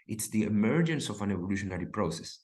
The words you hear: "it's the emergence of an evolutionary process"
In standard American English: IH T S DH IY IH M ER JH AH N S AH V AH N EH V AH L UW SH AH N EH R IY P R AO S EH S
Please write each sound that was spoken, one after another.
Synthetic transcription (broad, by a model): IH T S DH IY IH M ER JH AH N S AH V AH N EH V AH L UW SH AH N EH R IY P R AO S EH S